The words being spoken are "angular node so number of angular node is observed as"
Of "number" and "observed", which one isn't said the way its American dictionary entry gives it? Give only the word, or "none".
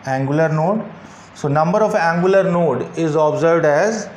none